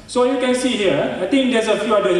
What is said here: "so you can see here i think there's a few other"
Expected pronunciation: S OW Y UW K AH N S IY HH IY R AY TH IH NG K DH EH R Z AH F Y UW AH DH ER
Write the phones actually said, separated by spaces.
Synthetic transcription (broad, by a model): S OW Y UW K AH N S IY HH IY R AY T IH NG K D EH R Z AH F Y UW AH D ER